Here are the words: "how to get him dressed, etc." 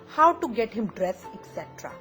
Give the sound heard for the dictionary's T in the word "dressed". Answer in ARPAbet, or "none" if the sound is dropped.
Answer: none